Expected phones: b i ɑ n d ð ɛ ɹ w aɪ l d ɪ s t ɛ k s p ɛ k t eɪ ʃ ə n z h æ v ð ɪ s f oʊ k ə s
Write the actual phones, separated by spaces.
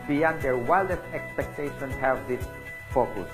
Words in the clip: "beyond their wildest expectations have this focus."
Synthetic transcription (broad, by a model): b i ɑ n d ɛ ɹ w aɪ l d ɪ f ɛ k s p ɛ k t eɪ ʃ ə n h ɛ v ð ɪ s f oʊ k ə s